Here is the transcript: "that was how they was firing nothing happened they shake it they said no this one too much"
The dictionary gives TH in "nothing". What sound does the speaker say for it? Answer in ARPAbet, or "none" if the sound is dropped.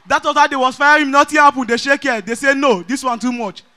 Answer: T